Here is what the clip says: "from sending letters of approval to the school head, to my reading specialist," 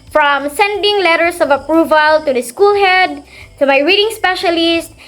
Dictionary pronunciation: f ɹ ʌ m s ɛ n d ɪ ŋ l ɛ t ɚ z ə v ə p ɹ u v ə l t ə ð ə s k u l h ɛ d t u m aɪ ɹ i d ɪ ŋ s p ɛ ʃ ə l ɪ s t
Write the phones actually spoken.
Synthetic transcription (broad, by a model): f ɹ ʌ m s ɛ n d ɪ ŋ l ɛ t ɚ s ə v ə p ɹ u v ə l t ə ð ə s k u l h ɛ d t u m aɪ ɹ i d ɪ ŋ s p ɛ ʃ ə l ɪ s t